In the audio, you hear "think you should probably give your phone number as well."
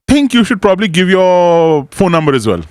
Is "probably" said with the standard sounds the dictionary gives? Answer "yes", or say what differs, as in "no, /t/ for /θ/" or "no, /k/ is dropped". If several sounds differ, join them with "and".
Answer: yes